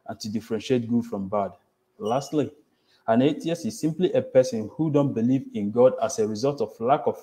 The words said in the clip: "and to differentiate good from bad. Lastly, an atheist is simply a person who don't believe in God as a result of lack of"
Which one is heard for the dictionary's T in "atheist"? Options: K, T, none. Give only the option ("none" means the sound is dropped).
none